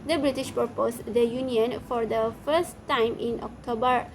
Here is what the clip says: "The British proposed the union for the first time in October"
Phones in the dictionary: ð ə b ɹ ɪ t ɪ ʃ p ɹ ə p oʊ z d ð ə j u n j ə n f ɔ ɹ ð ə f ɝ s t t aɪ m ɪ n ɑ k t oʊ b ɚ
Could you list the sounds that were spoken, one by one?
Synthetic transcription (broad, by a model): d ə b ɹ ɪ t ɪ ʃ p ə p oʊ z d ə j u n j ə n f ɔ ɹ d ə f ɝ s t t aɪ m ɪ n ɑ k t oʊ b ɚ